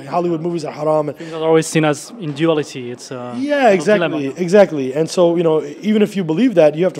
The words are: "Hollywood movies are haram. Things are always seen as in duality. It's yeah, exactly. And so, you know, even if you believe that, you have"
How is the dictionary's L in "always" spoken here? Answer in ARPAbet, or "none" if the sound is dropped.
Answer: L